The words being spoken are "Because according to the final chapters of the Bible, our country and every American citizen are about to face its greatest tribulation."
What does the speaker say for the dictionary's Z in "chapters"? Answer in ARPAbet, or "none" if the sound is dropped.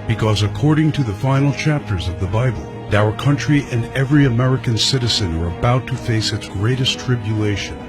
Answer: Z